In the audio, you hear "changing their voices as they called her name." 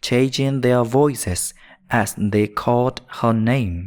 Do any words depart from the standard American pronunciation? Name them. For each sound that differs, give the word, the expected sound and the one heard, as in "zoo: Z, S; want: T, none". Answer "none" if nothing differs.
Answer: none